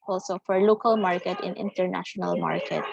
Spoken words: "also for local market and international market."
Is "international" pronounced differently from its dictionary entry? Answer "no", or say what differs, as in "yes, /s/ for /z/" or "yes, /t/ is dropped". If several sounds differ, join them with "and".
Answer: no